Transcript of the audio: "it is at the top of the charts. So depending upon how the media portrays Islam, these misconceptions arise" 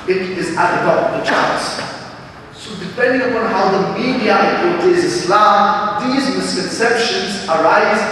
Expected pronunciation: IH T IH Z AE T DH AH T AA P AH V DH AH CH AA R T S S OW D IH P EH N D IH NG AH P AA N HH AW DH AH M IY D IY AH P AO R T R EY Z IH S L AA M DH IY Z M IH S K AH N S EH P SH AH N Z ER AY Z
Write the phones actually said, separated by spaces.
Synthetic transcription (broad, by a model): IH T IH Z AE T DH AH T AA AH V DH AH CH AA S S OW D IH P EH N D IH NG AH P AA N HH AW DH AH M IY D IY AH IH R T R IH Z IH S L AA M DH IY Z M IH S K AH N S EH P SH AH N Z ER AY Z